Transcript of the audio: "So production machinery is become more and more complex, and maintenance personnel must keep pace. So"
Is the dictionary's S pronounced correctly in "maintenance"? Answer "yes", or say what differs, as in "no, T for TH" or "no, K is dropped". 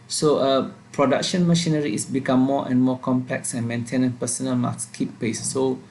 no, S is dropped